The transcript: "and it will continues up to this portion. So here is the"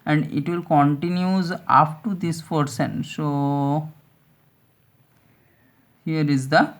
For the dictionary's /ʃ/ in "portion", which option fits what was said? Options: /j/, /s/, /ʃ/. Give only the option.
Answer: /s/